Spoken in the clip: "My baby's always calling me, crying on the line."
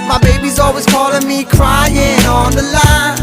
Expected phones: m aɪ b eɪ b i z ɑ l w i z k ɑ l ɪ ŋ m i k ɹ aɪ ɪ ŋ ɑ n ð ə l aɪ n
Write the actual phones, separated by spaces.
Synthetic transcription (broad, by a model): m aɪ b eɪ b i z ɑ l w i z k ɑ l ɪ ŋ m i k ɹ aɪ ɪ ŋ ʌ n ð ə l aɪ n